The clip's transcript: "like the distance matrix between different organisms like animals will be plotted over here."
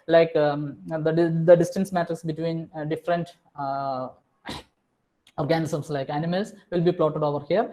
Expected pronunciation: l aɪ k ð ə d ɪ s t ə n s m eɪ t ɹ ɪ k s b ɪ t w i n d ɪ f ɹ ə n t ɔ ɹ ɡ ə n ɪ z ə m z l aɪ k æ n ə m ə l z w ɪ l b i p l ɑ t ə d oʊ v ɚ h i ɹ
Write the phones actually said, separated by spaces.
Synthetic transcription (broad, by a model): l aɪ k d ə d ɪ s t ə n s m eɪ t ɪ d s b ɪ t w i n d ɪ f ɹ ə n t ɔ ɹ ɡ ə n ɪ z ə m s l aɪ k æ n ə m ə l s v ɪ l b i p l ɑ t ə d oʊ v ɚ h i ɹ